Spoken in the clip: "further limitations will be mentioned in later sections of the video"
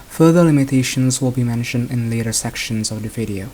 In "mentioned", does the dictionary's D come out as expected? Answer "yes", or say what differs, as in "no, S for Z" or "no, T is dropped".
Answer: yes